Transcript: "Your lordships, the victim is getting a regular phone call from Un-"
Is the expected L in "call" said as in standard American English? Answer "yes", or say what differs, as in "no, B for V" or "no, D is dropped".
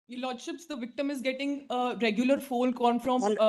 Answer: no, N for L